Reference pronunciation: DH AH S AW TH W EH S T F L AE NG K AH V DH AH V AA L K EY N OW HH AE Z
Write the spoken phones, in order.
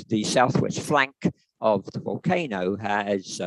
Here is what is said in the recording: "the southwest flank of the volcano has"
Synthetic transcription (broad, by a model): DH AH S AW TH W EH S T F L AE NG K AH V DH AH V AA L K EY N OW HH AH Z